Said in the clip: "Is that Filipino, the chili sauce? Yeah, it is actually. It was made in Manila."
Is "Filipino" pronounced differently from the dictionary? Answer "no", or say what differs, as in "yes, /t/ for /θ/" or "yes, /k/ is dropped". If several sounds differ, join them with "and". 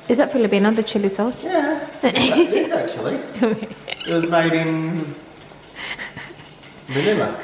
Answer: yes, /b/ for /p/